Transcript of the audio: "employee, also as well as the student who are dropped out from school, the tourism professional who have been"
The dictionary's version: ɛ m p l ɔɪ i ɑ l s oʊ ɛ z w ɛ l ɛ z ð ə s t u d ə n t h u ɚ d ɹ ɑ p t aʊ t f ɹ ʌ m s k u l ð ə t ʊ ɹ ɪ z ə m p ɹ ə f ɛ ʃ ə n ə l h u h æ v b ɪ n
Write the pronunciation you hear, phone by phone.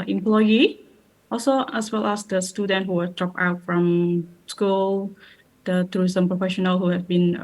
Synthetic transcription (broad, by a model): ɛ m p l ɔɪ i ɑ l s oʊ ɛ s w ɛ l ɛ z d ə s t u d ə n t h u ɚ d ɹ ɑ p aʊ t f ɹ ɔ m s k u l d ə t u ɹ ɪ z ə m p ɹ ə f ɛ ʃ ə n ə l h u h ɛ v b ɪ n